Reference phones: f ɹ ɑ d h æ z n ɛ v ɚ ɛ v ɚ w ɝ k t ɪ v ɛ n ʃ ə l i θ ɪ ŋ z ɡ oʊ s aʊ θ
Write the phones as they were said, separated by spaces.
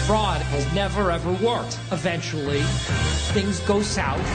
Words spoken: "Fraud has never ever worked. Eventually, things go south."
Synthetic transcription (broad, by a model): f ɹ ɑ d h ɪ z n ɛ v ɚ ɛ v ɚ w ɝ k t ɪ v ɛ n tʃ l i θ ɪ ŋ z ɡ oʊ s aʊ